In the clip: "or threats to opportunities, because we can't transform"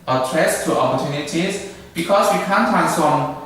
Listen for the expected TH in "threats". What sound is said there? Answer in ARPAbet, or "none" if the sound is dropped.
T